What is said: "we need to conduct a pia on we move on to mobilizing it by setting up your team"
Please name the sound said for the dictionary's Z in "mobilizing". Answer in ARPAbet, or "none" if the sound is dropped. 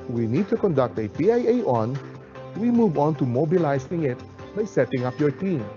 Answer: S